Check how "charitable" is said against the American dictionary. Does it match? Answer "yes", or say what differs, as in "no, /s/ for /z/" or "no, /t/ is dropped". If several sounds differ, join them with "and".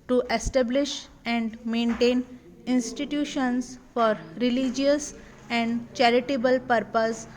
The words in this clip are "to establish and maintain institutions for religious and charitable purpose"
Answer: yes